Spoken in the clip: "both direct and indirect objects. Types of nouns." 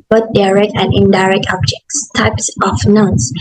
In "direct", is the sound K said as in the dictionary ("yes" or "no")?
yes